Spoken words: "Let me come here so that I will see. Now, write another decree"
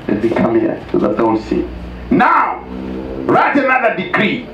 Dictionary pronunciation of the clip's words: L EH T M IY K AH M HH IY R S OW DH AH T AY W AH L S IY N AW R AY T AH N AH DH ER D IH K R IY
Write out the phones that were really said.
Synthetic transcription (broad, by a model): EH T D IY K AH M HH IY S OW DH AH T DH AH W S IY N AW R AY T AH N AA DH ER D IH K R IY